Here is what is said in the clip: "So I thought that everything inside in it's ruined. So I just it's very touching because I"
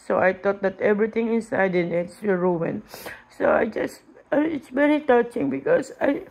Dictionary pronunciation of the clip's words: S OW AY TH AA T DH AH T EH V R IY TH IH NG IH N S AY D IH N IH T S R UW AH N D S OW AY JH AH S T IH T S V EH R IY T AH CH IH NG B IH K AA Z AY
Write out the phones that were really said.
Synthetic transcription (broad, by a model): S OW AY T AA T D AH T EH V R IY T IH NG IH N S AY D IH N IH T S R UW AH N S OW AY JH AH S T IH T S V EH R IY T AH CH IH NG B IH K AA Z AY